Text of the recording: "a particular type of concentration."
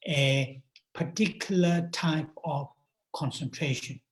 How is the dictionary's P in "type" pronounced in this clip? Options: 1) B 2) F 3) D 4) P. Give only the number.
4